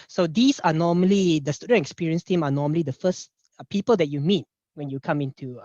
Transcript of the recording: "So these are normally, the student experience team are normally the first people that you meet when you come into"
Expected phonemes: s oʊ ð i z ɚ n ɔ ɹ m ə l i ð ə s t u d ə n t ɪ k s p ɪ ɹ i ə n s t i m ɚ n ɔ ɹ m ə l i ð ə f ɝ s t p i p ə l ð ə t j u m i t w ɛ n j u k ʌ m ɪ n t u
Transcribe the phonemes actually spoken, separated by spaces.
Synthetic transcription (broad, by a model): s oʊ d i s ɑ n ɔ m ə l i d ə s t u d ə n t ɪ k s p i ɹ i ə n s t i m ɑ n ɔ m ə l i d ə f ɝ s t p i p ə l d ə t j u m i t w ɛ n j u k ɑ m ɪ n t u